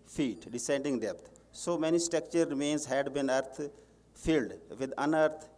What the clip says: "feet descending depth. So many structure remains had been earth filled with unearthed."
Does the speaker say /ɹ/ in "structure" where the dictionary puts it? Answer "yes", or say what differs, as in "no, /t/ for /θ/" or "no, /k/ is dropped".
no, /ɹ/ is dropped